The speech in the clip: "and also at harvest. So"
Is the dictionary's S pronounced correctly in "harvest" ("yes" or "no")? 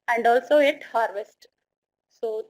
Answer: yes